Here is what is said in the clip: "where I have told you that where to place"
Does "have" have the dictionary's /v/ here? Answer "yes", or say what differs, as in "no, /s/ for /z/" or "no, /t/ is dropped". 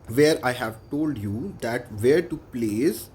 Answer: yes